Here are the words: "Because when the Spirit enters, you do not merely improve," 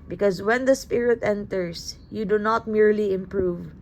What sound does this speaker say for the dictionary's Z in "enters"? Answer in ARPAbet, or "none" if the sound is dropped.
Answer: S